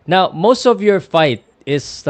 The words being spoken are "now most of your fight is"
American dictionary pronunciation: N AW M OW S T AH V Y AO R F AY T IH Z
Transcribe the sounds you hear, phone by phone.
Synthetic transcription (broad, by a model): N AW M OW S T AH V Y AO R F AY T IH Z